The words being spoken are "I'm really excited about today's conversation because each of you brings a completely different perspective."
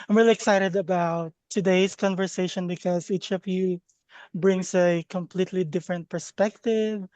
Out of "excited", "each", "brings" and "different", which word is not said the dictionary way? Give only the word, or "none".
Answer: brings